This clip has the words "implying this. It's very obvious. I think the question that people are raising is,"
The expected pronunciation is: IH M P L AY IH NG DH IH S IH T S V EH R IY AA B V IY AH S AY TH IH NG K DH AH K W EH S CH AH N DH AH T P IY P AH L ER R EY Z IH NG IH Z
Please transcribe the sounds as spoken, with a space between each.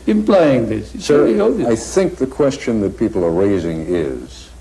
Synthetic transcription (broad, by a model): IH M P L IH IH NG DH IH S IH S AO IY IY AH AY TH IH NG K DH AH K W EH S CH AH N DH AH T P IY P L ER R EY Z IH NG IH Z